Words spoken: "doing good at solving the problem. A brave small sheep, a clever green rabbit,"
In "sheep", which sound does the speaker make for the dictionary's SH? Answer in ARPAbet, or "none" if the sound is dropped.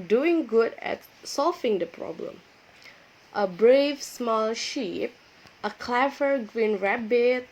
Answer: SH